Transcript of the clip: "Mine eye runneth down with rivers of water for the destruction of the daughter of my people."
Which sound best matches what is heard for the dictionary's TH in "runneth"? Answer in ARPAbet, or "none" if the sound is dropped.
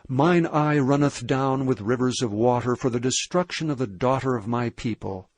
TH